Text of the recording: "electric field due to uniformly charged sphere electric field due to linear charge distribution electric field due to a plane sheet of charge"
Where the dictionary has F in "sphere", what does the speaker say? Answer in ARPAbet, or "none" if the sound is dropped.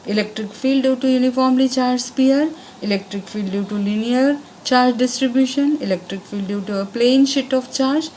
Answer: P